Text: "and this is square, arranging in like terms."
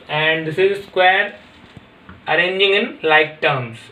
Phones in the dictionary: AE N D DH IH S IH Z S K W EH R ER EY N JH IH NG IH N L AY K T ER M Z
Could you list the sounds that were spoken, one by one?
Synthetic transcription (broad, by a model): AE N D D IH S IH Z S K W EH R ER EY N JH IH NG IH N L AY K T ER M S